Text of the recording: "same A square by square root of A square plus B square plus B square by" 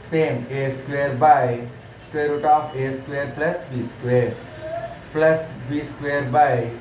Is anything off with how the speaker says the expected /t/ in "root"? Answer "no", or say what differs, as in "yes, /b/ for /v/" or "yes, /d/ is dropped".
no